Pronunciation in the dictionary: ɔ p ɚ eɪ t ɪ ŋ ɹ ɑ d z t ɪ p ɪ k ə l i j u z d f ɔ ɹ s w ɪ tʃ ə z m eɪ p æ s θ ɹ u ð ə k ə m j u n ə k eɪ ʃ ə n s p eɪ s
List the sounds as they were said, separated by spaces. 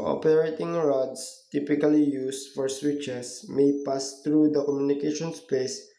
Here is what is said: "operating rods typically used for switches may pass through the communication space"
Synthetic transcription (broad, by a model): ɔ p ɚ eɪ t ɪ ŋ ɹ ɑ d s t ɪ p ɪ k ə l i j u s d f ɔ ɹ s w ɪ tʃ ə s m eɪ p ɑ s t ɹ u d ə k ə m j u n ə k eɪ ʃ ə n s p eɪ s